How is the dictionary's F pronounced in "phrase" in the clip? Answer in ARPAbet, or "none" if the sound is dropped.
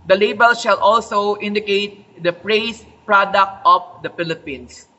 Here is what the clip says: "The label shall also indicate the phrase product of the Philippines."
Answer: P